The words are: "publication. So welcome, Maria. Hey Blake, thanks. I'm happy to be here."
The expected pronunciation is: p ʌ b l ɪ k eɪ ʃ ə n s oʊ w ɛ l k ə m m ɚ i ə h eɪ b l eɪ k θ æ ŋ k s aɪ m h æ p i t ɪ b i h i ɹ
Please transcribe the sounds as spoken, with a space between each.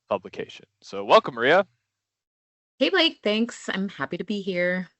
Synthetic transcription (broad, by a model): p ʌ b l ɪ k eɪ ʃ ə n s oʊ w ɛ l k ə m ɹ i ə h eɪ b l eɪ k θ æ ŋ k s aɪ m h æ p i t ɪ b i h i ɹ